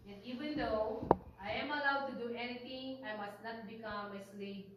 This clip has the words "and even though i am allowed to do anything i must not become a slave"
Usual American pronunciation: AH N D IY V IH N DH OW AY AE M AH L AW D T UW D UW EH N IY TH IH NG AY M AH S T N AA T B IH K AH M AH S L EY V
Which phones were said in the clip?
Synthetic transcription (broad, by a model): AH N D IY V IH N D OW AY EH M AH L AW D T UW D UW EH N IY T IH NG AY M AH S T N AA T B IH K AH M AH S L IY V